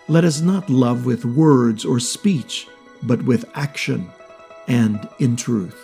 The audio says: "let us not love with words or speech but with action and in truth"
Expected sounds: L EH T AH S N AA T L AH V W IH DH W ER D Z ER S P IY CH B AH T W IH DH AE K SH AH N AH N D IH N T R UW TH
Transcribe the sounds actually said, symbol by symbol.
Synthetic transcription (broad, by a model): L EH T AH S N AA T L AH V W IH DH W ER D Z ER S P IY CH B AH T W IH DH AE K SH AH N AH N D IH N T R UW TH